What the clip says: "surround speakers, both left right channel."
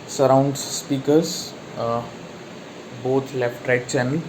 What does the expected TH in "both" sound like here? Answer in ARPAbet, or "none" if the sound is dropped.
T